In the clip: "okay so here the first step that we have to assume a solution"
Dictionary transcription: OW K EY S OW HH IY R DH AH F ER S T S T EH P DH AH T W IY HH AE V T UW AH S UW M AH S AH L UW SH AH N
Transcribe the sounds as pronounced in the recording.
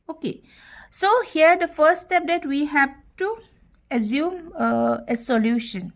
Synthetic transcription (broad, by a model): OW K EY S OW HH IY R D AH F ER S T S T EH P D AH T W IY HH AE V T UW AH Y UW M AH S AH L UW SH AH N